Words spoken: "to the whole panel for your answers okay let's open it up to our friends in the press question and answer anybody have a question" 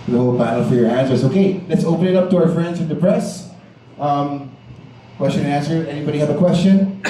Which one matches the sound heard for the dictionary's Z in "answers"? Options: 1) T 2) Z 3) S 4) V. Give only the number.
3